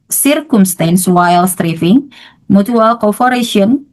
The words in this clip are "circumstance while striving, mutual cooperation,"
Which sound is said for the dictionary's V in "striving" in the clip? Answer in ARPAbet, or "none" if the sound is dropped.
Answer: F